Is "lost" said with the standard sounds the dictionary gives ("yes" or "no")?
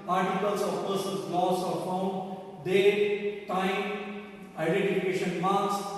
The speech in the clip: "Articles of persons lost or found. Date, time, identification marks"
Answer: no